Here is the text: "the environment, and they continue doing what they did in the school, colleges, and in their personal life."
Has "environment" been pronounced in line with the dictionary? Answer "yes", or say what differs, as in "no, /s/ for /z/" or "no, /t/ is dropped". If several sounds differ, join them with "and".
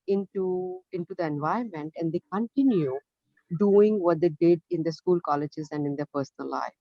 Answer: no, /ɹ/ is dropped